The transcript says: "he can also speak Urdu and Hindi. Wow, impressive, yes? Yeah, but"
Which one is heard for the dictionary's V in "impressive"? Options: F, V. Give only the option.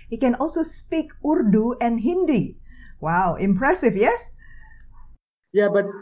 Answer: F